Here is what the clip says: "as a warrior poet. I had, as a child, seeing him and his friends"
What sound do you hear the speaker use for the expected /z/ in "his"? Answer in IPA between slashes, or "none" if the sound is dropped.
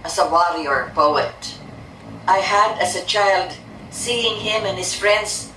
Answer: /s/